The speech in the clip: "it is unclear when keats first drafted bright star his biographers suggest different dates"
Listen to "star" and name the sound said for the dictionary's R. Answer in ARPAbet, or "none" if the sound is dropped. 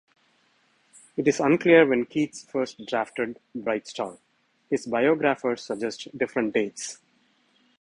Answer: L